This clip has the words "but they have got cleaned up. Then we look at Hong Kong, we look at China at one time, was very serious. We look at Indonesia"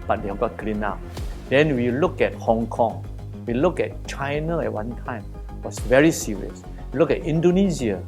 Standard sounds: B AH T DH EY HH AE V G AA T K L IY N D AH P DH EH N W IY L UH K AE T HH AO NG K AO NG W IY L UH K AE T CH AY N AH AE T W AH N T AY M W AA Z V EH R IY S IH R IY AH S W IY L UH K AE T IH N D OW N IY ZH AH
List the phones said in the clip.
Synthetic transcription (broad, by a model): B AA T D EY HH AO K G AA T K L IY N AA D EH N W IY L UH K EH T HH AO NG K AO NG W IY L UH K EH T CH AY N AH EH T W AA N T AY M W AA S V EH R IY S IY R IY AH S W IY L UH K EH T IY N D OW N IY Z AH